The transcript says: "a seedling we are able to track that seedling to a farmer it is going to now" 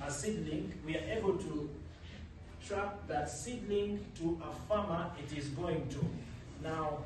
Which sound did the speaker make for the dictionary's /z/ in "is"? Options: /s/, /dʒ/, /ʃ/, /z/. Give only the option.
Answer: /z/